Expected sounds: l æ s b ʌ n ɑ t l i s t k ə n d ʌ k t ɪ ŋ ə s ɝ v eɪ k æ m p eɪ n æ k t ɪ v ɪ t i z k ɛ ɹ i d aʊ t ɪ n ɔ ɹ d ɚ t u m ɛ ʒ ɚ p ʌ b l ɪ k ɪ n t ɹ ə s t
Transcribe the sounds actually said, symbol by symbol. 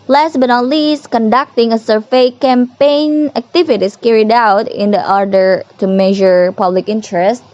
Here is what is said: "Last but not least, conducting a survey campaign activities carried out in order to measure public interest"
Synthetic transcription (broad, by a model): l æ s b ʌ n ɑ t l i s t k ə n d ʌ k t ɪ ŋ ə s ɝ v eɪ k æ m p eɪ n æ k t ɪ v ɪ t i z k ɛ ɹ i d aʊ t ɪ n ɔ ɹ d ɚ t u m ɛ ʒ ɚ p ʌ b l ɪ k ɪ n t ɹ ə s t